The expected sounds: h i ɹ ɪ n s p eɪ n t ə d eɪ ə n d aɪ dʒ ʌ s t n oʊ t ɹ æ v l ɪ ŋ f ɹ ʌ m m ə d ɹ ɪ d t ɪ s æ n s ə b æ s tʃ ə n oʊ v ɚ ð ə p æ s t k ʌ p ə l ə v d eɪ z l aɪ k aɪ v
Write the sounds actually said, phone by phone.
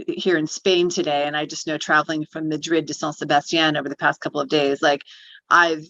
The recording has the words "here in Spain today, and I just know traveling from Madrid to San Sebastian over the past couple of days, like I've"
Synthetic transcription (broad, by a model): h i ɹ ɪ n s p eɪ n t ə d eɪ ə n aɪ dʒ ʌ s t n oʊ t ɹ æ v l ɪ ŋ f ɹ ʌ m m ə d ɹ ɪ d t ɪ s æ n s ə b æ s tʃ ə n oʊ v ɚ ð ə p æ s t k ʌ p l ə v d eɪ z l aɪ k aɪ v